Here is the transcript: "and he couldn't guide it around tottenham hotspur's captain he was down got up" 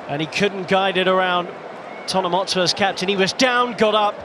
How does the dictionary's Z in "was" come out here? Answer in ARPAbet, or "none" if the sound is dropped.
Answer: Z